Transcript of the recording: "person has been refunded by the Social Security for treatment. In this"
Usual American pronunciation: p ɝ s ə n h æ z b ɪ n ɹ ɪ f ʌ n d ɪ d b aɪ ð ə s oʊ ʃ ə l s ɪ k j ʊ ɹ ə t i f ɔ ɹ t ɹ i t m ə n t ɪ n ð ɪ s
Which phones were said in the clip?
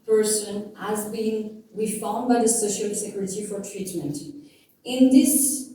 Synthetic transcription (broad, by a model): p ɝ s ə n h æ z b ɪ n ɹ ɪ f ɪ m b aɪ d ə s oʊ ʃ ə l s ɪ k j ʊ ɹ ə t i f ɔ ɹ t ɹ i t m ə n t ɪ n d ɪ s